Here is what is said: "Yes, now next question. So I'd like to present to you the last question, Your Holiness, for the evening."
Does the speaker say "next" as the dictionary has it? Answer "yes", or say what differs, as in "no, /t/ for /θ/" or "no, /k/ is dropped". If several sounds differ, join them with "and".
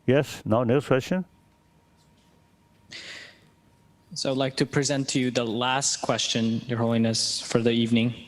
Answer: no, /k/ is dropped